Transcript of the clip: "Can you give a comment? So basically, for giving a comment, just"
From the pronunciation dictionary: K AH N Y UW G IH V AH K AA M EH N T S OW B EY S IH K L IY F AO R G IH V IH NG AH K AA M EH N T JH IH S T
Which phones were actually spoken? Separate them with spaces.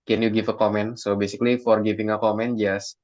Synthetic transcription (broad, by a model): K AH N Y UW G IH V AH K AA M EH N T S OW B EY S IH K L IY F AO R G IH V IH NG AH K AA M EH N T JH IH S